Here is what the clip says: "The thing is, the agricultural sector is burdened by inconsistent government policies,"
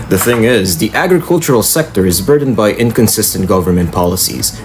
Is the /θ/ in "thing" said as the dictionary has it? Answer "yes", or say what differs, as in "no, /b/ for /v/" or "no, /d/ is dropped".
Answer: yes